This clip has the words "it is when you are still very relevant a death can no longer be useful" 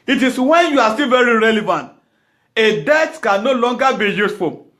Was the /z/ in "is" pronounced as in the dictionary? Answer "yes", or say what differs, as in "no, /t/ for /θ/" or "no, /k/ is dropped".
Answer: no, /s/ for /z/